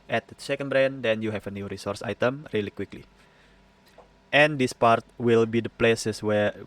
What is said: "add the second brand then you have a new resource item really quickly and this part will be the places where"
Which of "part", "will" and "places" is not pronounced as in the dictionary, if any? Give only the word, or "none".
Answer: places